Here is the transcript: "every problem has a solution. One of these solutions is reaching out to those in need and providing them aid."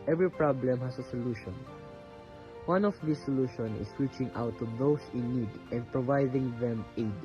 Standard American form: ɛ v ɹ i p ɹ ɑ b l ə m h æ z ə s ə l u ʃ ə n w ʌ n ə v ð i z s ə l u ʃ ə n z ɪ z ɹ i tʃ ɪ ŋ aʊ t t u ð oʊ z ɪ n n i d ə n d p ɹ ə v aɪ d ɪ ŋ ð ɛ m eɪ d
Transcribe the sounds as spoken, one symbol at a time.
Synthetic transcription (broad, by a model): ɛ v ɹ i p ɹ ɑ b l ə m h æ s ə s ə l u ʃ ə n w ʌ n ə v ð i s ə l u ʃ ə n ɪ s ɹ i tʃ ɪ ŋ aʊ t t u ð oʊ s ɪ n n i d ə n d p ɹ ə v aɪ d ɪ ŋ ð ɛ m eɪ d